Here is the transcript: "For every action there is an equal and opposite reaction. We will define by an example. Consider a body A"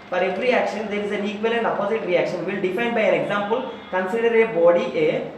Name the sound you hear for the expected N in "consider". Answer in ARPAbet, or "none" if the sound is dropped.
N